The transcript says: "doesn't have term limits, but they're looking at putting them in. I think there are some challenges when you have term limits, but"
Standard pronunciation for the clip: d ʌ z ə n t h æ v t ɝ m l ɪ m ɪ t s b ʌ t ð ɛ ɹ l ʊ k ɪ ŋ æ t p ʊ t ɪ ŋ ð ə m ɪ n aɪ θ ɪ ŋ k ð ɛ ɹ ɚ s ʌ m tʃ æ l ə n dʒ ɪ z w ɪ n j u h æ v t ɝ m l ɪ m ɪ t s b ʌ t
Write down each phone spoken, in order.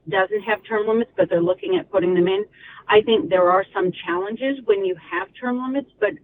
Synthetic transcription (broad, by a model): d ʌ z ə n t h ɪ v t ɝ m l ɪ m ɪ t s b ʌ t ð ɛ ɹ l ʊ k ɪ ŋ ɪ t p ʊ t ɪ ŋ ð ə m ɪ n aɪ θ ɪ ŋ k ð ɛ ɹ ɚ s ʌ m tʃ æ l ə n dʒ ɪ z w ɪ n j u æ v t ɝ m l ɪ m ɪ t s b ʌ t